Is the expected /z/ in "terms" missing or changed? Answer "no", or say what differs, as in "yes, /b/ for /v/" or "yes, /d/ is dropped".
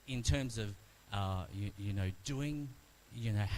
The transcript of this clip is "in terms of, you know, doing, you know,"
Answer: no